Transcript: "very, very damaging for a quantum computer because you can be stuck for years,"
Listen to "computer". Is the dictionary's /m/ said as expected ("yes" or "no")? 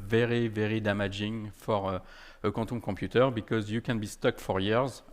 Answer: no